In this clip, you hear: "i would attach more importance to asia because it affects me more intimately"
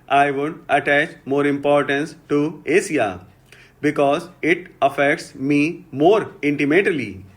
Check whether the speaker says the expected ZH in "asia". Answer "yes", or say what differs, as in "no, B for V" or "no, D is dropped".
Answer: no, S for ZH